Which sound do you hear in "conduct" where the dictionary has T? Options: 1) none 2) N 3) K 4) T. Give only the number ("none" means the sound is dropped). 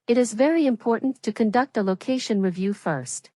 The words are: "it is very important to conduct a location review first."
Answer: 4